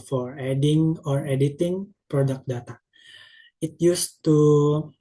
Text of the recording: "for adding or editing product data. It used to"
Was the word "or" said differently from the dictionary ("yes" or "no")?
no